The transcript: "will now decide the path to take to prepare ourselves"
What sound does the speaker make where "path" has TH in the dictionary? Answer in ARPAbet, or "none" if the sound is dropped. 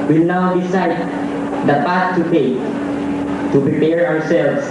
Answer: T